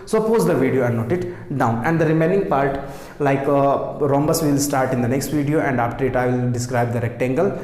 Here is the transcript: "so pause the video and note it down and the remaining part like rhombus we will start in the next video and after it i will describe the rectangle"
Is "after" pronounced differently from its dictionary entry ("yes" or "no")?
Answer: yes